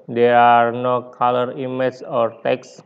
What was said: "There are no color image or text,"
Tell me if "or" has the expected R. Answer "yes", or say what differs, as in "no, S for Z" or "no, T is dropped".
yes